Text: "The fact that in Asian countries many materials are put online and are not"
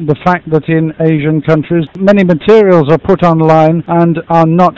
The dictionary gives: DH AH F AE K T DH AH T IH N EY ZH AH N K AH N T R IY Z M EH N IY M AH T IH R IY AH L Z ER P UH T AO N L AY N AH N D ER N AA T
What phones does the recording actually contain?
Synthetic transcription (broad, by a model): DH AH F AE K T DH AH T IH N EY ZH AH N K AH N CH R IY Z M EH N IY M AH T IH R IY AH L Z ER P UH T AO N L AY N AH N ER N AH T